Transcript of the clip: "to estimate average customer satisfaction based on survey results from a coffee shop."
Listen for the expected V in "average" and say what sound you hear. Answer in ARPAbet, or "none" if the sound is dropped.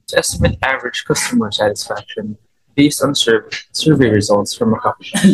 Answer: V